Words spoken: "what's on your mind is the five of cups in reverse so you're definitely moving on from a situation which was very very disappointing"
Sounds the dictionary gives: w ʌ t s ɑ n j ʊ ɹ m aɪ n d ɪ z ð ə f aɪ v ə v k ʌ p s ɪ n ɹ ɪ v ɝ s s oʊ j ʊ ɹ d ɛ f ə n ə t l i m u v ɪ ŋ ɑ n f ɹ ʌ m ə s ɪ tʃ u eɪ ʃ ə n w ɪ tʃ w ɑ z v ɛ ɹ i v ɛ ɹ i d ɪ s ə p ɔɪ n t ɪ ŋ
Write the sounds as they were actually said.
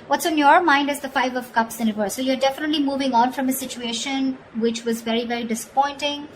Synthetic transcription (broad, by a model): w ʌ t s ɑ n j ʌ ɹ m aɪ n d ɪ z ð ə f aɪ v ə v k ʌ p s ɪ n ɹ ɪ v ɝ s s oʊ j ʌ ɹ d ɛ f ə n ə t l i m u v ɪ ŋ ɑ n f ɹ ʌ m ə s ɪ tʃ u eɪ ʃ ə n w ɪ tʃ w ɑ z v ɛ ɹ i v ɛ ɹ i d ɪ s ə p ɔɪ n t ɪ ŋ